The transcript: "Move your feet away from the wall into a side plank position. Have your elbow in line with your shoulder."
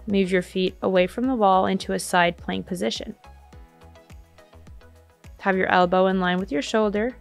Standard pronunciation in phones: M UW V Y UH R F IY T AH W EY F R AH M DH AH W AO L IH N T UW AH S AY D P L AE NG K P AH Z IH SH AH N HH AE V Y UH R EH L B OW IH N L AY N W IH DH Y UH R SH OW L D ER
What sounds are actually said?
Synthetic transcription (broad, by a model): M UW V Y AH R F IY T AH W EY F R AH M DH AH W AO L IH N T UW AH S AY D P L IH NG P AH Z IH SH AH N HH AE V Y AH R EH L B OW IH N L AY N W IH DH Y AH R SH OW L D ER